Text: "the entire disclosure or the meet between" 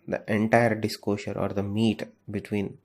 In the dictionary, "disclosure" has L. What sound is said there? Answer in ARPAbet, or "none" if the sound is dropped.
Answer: none